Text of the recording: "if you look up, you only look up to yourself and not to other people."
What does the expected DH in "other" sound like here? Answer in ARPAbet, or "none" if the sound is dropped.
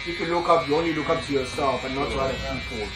none